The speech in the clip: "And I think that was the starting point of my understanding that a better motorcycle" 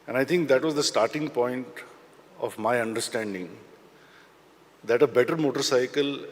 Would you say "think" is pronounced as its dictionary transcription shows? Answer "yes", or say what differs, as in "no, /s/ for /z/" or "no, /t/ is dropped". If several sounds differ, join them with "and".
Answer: no, /t/ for /θ/